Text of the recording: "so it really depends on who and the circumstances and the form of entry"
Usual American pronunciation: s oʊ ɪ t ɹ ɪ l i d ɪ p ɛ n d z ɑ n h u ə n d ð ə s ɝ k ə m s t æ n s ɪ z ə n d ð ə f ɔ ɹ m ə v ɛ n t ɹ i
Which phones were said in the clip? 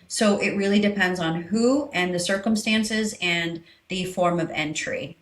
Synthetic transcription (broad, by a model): s oʊ ɪ t ɹ ɪ l i d ɪ p ɛ n d z n h u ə n ð ə s ɝ k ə m s t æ n s ɪ z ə n ð ə f ɔ ɹ m ə v ɛ n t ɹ i